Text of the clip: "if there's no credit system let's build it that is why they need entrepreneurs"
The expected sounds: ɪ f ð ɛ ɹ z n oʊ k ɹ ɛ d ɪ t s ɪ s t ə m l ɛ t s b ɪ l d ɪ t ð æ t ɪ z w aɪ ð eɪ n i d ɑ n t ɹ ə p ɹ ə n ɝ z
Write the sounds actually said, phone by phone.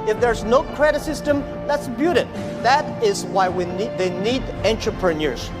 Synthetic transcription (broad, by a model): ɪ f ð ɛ ɹ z n oʊ k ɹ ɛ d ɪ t s ɪ s t ə m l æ t s b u d ɪ t ð æ t ɪ z w aɪ ð eɪ n i d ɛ n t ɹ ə p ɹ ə n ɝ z